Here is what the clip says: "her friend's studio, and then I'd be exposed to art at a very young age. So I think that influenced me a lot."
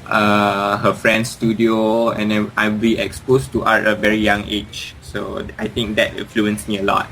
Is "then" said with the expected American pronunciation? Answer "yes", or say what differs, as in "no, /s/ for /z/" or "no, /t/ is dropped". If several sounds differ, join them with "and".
no, /n/ is dropped